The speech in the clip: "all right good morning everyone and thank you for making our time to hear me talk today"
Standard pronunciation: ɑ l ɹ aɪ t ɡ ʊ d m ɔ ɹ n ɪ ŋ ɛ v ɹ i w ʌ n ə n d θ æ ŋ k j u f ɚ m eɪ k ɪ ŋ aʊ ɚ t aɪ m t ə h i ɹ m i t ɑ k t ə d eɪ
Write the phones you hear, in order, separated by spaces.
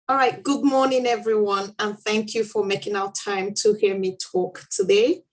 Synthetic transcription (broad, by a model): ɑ l ɹ aɪ t ɡ ʊ d m ɔ ɹ n ɪ ŋ ɛ v ɹ i w ʌ n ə n θ æ ŋ k j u f ɚ m eɪ k ɪ ŋ aʊ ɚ t aɪ m t ə h i ɹ m i t ɑ k t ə d eɪ